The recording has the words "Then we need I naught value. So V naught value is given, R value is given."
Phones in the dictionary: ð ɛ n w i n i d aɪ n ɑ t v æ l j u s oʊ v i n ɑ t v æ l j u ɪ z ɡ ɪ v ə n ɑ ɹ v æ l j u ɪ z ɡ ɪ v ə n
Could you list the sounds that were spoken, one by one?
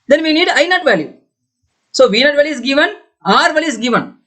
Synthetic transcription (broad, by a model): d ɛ n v i n i d aɪ n ɑ t v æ l j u s oʊ v i n ɑ t v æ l j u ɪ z ɡ ɪ v ə n ɑ ɹ v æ l j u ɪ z ɡ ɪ v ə n